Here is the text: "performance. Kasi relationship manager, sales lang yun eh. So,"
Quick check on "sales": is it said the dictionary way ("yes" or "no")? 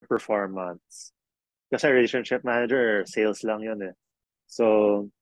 no